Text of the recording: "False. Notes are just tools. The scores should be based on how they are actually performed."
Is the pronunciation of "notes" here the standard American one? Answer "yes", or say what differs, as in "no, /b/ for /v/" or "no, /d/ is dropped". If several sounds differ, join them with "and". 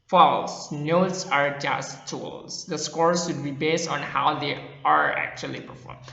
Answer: yes